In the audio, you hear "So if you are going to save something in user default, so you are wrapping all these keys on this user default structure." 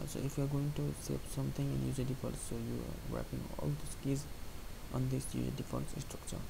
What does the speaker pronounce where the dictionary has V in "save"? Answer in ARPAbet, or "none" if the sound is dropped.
P